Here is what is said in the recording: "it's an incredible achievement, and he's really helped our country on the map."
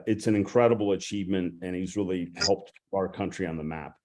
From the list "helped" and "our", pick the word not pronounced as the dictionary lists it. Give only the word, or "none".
none